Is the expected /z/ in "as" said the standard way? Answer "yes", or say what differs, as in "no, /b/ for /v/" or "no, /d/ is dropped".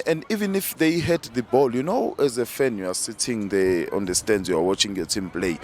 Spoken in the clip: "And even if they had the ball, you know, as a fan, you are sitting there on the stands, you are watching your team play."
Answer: yes